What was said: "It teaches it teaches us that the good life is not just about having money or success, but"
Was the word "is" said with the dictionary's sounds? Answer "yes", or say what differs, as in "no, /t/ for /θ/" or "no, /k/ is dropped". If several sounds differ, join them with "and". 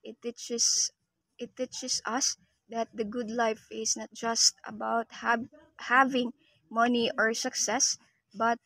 no, /s/ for /z/